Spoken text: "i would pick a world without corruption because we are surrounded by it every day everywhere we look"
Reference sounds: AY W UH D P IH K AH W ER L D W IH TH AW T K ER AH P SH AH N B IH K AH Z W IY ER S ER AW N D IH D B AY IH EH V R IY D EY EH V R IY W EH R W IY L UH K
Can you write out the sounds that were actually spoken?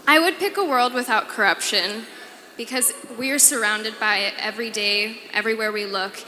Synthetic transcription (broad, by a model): AY W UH D P IH K AH W ER L D W IH TH AW T K ER AH P SH AH N B IH K AH Z W IY ER S ER AW N D IH D B AY IH EH V R IY D EY EH V R IY W EH R W IY L UH K